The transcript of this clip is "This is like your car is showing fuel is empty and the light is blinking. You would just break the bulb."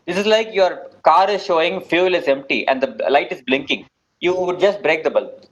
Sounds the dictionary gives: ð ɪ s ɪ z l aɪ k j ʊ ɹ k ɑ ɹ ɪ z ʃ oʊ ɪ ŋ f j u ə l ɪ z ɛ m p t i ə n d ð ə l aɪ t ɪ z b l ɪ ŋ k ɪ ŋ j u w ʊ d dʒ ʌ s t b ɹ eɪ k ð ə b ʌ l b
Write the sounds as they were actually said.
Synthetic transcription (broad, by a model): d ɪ s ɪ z l aɪ k j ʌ ɹ k ɑ ɹ ɪ z ʃ oʊ ɪ ŋ f j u l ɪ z ɛ m p t i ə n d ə l aɪ t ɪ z b l ɪ ŋ k ɪ ŋ j u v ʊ d dʒ ʌ s t b ɹ eɪ k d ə b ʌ l